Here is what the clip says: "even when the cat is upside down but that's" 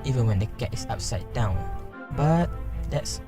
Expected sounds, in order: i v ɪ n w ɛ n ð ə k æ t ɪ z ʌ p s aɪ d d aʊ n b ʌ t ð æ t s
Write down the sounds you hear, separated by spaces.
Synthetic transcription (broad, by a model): i v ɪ n w ɛ n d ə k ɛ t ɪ s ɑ p s aɪ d d aʊ n b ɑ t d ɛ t s